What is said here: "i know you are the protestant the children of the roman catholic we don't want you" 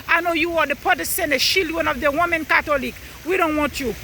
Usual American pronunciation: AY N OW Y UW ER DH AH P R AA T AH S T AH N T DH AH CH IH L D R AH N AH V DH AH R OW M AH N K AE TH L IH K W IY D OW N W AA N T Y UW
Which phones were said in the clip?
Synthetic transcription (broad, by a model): AY N OW Y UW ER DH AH P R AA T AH S T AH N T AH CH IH L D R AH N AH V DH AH W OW M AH N K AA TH L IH K W IY D OW N W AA N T Y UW